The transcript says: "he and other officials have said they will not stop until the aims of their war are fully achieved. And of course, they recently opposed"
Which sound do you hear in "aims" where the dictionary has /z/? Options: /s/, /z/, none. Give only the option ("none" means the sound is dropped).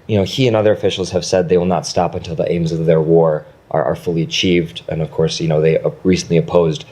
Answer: /z/